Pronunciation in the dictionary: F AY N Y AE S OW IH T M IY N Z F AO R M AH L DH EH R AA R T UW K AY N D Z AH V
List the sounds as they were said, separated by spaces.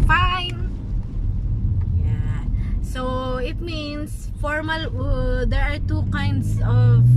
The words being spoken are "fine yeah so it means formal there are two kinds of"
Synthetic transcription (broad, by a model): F AY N Y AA S OW IH T M IY N S F AO R M AH L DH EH R AA R T UW K AY N D S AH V